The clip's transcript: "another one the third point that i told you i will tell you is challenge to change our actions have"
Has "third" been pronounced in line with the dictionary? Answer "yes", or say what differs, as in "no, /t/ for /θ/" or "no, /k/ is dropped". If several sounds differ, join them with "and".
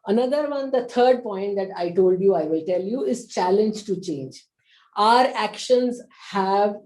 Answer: no, /t/ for /θ/